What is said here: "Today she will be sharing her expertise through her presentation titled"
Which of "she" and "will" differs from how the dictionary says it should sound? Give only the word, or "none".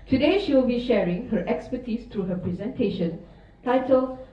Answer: none